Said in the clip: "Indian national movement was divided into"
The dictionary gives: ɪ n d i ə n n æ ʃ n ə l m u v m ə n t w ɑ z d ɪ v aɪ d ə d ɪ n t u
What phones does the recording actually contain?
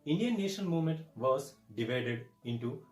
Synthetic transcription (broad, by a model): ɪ n d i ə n n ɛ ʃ ə n m u v m ə n t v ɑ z d ɪ v aɪ d ə d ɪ n t u